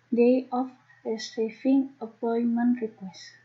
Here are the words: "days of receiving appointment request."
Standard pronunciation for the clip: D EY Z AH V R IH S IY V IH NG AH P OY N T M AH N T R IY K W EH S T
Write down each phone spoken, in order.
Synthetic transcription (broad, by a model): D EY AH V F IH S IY F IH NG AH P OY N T M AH N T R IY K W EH S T